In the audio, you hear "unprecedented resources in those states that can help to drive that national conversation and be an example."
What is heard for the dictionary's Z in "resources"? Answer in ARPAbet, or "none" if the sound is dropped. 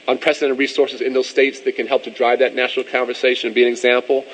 Z